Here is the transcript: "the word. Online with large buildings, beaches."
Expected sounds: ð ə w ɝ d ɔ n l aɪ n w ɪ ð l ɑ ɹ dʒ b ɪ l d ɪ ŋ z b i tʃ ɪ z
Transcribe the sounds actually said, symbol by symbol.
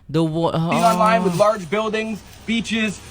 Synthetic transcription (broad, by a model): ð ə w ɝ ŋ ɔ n l aɪ n w ɪ ð l ɑ ɹ dʒ b ɪ l d ɪ ŋ z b i tʃ ɪ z